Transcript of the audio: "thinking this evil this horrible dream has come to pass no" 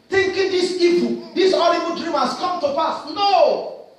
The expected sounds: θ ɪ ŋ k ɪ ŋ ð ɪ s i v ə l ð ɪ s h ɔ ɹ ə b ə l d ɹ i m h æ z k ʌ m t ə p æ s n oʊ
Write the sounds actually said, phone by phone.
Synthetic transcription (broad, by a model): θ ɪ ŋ k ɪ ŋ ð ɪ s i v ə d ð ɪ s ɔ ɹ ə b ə n d ɹ i m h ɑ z k ʌ m t ə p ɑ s n oʊ